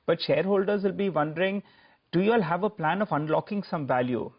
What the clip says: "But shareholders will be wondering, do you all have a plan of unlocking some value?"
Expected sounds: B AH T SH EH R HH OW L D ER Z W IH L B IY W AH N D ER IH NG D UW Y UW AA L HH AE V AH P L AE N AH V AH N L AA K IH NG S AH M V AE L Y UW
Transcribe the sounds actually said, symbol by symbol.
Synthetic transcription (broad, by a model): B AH T SH EH R HH OW L D ER Z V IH L B IY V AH N D ER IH NG D UW Y UW AA L HH AE V AH P L AE N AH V AH N L AA K IH NG S AH M V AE L Y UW